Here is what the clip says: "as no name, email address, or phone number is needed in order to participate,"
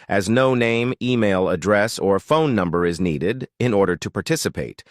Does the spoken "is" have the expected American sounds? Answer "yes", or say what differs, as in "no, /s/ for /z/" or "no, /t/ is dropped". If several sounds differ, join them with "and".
yes